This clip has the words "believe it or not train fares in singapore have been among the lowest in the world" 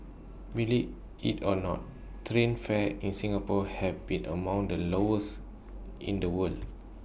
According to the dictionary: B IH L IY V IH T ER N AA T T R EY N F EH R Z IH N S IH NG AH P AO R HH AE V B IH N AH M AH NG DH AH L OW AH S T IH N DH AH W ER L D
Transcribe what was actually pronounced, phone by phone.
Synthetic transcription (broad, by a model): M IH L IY IH T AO N AA T T R EY N F EH IH N S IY NG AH P AO HH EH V B IH N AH M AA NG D AH L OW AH S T IH N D AH W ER L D